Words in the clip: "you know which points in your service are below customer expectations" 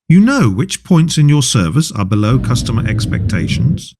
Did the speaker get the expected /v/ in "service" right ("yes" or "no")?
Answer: yes